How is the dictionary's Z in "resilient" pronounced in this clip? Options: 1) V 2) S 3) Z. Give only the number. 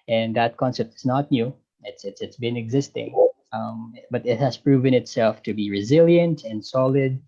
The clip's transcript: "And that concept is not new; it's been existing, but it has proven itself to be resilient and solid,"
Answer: 3